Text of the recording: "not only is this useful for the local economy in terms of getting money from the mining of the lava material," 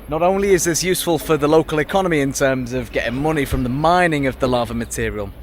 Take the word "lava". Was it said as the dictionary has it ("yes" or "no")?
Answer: yes